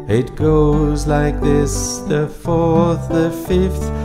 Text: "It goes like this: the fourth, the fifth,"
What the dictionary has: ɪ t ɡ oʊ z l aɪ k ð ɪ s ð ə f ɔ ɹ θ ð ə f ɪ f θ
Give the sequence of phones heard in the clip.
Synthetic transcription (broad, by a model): ɪ t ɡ oʊ z l aɪ k ð ɪ s ð ə f ɔ ɹ θ ð ə f ɪ f θ